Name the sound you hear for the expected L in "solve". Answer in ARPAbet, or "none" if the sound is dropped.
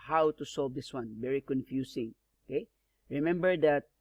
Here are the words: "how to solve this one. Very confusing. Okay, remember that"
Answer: L